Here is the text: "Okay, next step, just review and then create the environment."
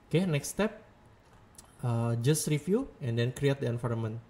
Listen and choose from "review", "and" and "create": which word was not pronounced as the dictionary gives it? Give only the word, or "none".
review